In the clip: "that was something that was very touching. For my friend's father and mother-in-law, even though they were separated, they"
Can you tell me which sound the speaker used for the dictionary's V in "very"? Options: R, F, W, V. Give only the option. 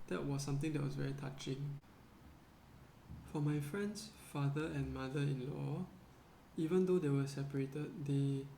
V